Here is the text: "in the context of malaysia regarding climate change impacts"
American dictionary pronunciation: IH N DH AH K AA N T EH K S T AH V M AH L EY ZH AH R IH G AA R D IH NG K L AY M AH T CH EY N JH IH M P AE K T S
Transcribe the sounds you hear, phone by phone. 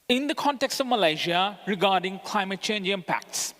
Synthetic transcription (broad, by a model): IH N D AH K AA N T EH K S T AH V M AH L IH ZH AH R IH G AA R D IH NG K L AY M AH T CH EY N JH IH M P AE K T S